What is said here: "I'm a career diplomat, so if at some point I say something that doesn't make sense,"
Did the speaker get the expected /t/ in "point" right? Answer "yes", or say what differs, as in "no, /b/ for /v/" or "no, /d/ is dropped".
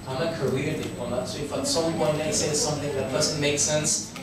no, /t/ is dropped